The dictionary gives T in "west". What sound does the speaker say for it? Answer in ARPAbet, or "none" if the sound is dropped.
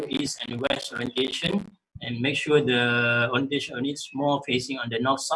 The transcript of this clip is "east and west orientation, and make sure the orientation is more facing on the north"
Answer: none